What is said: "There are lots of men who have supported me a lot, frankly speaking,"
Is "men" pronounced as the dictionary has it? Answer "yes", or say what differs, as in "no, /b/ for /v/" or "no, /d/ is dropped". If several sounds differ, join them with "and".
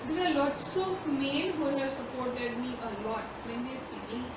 no, /l/ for /n/